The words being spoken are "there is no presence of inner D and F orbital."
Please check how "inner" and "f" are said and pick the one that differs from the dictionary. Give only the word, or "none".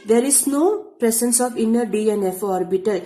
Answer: none